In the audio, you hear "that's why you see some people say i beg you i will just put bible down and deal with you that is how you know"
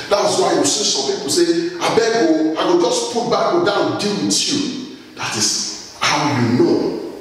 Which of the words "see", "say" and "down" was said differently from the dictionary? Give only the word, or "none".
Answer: down